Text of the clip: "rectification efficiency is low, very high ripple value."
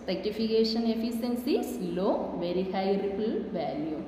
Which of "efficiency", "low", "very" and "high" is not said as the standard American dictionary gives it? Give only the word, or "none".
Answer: efficiency